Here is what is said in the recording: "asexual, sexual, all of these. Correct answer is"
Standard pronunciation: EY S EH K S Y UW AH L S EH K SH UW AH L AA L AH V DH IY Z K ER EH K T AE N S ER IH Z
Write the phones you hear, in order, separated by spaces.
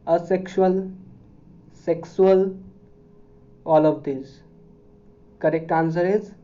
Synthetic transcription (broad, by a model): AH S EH K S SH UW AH L S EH K S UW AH L AA L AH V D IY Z K ER EH K T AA N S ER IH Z